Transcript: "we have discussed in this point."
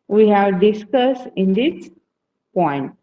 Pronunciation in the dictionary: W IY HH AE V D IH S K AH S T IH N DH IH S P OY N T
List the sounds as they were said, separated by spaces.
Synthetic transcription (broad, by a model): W IY HH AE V D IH S K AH S IH N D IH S P OY N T